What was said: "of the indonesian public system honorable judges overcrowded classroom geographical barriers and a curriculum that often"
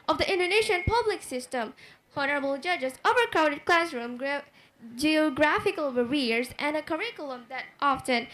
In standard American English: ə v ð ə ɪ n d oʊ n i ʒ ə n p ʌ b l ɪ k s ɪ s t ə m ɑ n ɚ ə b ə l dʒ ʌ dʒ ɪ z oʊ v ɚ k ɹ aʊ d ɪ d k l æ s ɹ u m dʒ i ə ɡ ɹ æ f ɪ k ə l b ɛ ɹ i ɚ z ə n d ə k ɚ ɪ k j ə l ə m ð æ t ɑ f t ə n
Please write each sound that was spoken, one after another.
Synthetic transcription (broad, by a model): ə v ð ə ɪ n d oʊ n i ʃ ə n p ʌ b l ɪ k s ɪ s t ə m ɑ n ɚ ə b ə l dʒ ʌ dʒ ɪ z oʊ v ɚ k aʊ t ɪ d k l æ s ɹ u m dʒ i ə ɡ ɹ æ f ɪ k ə l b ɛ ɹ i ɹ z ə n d ə k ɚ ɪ k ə l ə m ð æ t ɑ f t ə n